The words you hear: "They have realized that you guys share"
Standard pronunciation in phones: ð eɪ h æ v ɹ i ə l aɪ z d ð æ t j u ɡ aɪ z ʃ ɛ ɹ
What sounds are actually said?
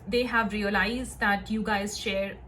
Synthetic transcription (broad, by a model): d eɪ h æ v ɹ i ə l aɪ z d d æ t j u ɡ aɪ z ʃ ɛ ɹ